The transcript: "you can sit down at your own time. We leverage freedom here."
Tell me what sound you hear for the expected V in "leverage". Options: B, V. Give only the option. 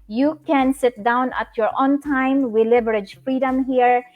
B